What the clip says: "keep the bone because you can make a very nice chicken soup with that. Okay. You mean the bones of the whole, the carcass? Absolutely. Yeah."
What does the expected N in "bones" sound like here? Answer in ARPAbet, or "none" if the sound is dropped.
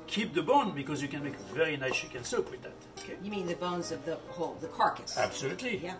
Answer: N